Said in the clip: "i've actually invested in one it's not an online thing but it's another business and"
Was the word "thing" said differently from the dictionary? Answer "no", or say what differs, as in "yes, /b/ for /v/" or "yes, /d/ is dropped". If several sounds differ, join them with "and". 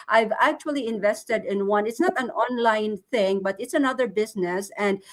no